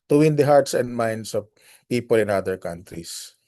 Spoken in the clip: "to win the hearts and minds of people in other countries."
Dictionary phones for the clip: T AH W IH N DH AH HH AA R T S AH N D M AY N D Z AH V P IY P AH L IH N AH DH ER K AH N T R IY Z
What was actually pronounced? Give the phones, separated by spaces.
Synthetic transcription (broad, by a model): T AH W IH N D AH HH AA R T S AH N D M AY N D S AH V P IY P AH L IH N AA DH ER K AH N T R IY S